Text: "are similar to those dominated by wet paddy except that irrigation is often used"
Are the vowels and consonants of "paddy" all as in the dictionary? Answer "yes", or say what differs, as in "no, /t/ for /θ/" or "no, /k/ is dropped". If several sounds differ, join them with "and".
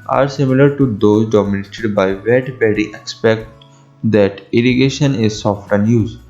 no, /b/ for /p/